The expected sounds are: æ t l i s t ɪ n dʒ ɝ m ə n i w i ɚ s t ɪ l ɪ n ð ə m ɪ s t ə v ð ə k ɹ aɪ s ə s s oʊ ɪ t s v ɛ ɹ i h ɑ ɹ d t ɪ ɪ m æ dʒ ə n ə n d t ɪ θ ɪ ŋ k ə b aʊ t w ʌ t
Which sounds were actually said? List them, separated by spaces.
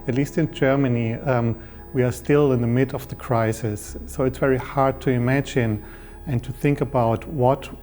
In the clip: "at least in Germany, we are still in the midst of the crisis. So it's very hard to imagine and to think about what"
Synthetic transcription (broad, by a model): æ t l i s t ɪ n dʒ ɝ m ə n i w i ɚ s t ɪ l ɪ n ð ə m ɪ t ə v ð ə k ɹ aɪ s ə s s oʊ ɪ t s v ɛ ɹ i h ɑ ɹ d t ɪ ɪ m æ dʒ ə n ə n t ɪ θ ɪ ŋ k ə b aʊ t w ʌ t